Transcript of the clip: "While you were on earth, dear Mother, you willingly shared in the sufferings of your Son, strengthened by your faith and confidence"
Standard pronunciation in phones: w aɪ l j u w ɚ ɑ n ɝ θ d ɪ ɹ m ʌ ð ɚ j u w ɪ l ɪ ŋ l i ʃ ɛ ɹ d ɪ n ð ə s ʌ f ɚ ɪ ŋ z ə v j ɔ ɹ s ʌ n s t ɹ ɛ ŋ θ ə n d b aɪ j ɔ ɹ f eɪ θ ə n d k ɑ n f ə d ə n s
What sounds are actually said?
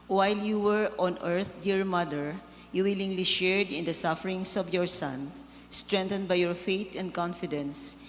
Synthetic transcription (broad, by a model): w aɪ l j u w ɚ ɑ n ɝ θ d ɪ ɹ m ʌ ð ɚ j u w ɪ l ɪ ŋ l i ʃ ɛ ɹ d ɪ n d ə s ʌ f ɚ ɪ ŋ s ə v j ɔ ɹ s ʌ n s t ɹ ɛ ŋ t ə n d b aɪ j ɔ ɹ f eɪ t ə n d k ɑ n f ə d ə n s